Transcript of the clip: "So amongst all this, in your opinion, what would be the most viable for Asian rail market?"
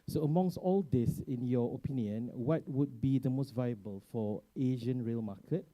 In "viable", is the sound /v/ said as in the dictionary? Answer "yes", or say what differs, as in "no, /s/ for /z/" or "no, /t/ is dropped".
yes